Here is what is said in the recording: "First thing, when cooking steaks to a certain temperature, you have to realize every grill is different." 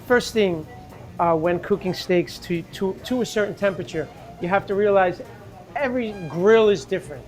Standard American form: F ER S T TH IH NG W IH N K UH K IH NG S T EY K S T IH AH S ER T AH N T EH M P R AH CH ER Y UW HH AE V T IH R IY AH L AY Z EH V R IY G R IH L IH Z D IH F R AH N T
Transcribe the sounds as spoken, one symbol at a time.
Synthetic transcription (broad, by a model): F ER S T TH IH NG W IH N K UH K IH NG S T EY K S T IH AH S ER T N T EH M P R AH CH ER Y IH HH AE F T IH R IY AH L AY Z EH V R IY G R IH L IH Z D IH F R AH N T